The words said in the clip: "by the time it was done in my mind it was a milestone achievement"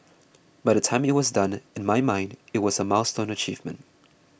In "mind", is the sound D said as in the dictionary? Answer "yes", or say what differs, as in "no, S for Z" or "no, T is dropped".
yes